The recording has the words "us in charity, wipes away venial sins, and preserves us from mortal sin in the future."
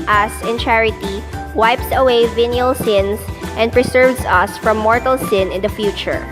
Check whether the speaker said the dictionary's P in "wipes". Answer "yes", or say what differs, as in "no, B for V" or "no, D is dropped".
yes